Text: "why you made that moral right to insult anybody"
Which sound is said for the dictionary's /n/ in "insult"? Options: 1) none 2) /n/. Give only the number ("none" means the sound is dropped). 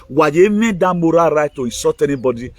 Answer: 1